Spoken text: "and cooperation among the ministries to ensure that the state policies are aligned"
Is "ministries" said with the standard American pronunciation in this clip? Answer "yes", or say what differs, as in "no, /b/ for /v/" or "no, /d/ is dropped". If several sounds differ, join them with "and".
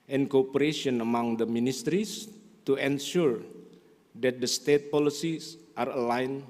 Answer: no, /s/ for /z/